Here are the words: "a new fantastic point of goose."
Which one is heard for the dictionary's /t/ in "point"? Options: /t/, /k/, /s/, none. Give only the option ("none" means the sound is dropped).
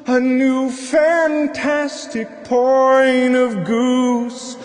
none